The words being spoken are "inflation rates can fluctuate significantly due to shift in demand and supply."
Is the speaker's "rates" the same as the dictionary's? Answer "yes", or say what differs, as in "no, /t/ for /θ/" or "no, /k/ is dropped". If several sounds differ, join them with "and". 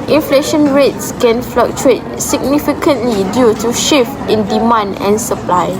yes